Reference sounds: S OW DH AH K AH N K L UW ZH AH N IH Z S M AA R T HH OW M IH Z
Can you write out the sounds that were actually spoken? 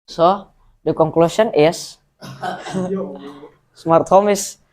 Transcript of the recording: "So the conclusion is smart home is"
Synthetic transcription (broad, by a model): S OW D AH K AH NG K L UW S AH N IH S S M AA R T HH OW M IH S